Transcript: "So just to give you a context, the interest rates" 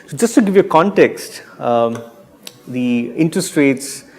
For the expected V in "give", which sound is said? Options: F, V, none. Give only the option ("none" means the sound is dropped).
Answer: V